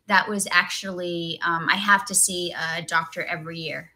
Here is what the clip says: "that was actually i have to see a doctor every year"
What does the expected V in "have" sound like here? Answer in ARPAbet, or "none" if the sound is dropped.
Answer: F